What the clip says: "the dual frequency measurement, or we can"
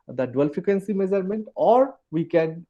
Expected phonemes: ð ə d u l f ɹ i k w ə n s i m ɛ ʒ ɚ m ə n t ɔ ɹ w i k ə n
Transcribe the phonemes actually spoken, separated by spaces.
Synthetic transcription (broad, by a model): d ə d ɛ l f i k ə n s i m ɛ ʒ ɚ m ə n t ɔ ɹ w i k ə n